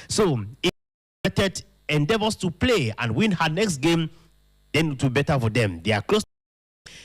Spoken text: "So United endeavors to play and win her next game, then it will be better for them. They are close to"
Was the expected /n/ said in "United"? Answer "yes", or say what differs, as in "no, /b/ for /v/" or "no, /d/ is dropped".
no, /n/ is dropped